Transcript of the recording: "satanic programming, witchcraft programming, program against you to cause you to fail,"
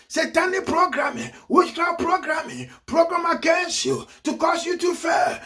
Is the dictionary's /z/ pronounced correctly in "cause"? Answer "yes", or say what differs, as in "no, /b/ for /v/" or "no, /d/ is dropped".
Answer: no, /s/ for /z/